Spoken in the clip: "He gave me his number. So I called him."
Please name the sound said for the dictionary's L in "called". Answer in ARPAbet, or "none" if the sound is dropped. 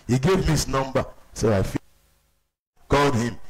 L